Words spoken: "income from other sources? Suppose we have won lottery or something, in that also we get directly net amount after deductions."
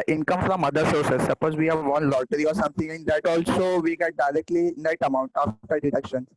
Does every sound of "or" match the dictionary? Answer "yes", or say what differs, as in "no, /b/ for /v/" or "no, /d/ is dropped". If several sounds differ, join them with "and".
yes